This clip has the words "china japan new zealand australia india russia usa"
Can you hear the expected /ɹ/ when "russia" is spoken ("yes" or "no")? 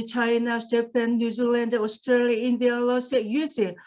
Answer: no